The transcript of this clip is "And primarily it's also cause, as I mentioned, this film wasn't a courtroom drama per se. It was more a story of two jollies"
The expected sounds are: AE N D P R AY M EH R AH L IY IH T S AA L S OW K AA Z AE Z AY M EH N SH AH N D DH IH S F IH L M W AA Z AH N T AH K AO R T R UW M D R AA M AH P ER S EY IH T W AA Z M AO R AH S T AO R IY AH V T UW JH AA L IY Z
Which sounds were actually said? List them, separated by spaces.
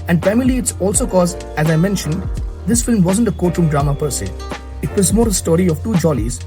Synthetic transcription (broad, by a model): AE N D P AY M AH L IY IH T S AA L S OW K AA Z AE Z AY M EH N SH AH N D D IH S F IH L M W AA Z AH N T AH K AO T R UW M D R AA M AH P ER S EY IH T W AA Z M AO R AH S T AO R IY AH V T UW JH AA L IY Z